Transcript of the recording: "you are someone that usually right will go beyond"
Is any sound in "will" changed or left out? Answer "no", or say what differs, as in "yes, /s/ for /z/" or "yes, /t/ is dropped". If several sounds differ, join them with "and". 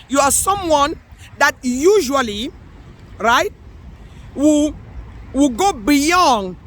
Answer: yes, /w/ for /l/